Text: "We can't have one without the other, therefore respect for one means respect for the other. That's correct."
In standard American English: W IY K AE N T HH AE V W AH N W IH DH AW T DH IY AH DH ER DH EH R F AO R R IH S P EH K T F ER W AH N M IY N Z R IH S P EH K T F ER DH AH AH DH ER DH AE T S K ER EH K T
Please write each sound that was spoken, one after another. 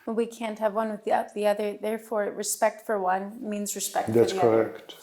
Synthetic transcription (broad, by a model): W IY K AE N T HH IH V W AH N W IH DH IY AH DH IY AH DH ER DH EH R F AO R R IH S P EH K T F ER W AH N M IY N Z R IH S P EH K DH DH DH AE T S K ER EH K T